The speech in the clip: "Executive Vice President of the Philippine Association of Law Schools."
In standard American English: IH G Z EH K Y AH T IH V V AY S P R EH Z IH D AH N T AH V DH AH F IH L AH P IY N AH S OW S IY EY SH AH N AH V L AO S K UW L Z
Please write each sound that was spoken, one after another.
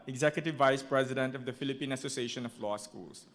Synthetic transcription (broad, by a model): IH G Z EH K Y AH T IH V V AY S P R EH Z IH D AH N T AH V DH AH F IH L AH P IY N AH S OW S IY EY SH AH N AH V L AO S K UW L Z